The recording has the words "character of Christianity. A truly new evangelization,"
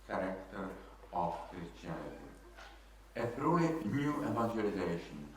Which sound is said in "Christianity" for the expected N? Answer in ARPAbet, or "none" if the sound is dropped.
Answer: L